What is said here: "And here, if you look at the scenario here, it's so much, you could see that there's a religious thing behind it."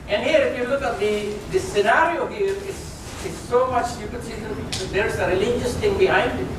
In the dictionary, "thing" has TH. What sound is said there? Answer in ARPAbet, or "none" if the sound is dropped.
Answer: T